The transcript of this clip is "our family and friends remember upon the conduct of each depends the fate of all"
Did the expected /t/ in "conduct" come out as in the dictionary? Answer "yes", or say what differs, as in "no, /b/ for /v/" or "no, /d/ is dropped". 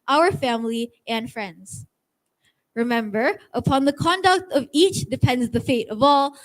yes